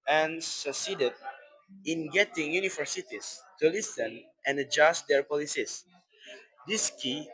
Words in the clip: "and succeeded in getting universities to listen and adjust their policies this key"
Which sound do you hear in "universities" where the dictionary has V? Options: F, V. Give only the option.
F